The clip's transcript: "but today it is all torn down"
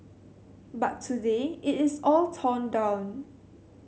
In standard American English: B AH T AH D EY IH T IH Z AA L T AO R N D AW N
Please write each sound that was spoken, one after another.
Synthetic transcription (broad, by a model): B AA T AH D EY IH T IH S AA L T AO N D AW N